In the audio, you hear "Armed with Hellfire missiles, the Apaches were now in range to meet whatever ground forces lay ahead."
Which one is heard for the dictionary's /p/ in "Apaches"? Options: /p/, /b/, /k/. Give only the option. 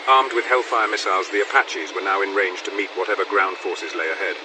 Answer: /p/